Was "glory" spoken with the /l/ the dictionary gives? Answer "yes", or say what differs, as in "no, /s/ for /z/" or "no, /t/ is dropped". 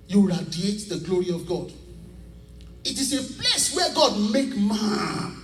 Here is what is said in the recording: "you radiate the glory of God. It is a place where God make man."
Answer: yes